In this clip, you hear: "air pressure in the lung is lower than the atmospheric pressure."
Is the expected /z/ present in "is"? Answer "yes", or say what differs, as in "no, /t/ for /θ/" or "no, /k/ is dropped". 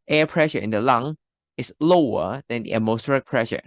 no, /s/ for /z/